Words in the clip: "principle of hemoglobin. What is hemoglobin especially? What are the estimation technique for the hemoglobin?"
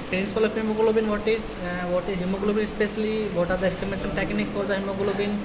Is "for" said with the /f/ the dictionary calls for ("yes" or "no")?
no